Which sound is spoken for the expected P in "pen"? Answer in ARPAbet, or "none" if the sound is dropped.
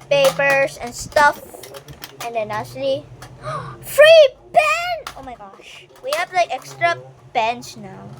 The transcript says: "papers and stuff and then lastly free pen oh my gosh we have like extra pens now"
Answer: B